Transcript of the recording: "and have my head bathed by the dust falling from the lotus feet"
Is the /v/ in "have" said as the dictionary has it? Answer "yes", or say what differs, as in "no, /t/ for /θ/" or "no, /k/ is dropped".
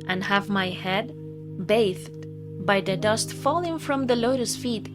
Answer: yes